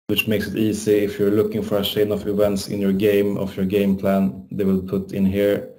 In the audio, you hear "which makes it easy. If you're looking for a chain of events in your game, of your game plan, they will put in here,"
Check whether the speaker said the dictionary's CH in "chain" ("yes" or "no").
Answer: no